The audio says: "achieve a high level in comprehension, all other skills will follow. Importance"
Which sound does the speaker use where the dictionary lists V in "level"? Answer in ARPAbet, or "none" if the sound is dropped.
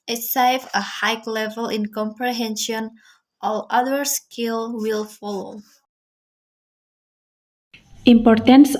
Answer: V